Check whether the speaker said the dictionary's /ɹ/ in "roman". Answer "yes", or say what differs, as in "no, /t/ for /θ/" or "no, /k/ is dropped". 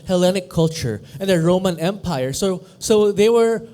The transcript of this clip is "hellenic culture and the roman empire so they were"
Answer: yes